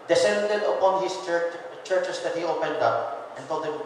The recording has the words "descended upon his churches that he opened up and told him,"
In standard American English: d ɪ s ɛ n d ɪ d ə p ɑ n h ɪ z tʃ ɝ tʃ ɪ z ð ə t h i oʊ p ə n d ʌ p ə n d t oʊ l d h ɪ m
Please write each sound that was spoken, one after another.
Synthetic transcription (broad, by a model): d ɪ s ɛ n d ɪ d ə p ɑ n h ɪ s tʃ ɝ tʃ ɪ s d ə t h i oʊ p ə n d ʌ p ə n t oʊ l d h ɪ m